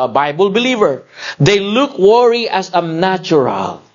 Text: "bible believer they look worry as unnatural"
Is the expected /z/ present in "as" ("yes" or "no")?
no